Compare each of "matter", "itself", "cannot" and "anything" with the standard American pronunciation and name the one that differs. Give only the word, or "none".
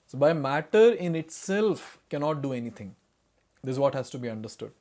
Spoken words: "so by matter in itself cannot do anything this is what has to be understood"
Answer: anything